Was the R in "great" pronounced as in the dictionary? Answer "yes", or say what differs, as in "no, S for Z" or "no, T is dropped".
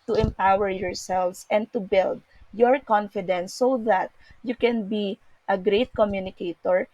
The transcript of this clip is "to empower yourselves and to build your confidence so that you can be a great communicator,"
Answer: yes